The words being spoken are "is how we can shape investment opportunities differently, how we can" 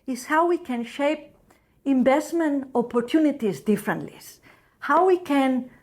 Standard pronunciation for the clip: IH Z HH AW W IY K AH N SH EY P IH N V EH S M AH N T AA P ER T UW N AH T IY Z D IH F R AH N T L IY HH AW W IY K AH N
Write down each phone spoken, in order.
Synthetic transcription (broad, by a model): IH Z HH AW W IY K AH N SH EY P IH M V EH S M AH N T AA P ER T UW N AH T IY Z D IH F R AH N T L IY HH AW W IY K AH N